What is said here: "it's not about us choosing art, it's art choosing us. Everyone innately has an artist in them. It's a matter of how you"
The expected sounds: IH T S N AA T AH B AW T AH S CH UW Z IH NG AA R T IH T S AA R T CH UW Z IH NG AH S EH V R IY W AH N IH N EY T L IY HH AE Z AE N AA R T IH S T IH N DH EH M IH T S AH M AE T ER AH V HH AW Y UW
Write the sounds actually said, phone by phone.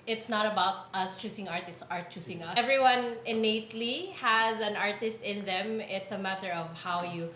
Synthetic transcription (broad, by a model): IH T S N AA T AH B AW T AH S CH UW S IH NG AA R T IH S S AA R T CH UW S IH NG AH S EH V R IY W AH N IH N EY T L IY HH AE Z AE N AA R T IH S T IH N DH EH M IH T S AH M AE T ER AH V HH AW Y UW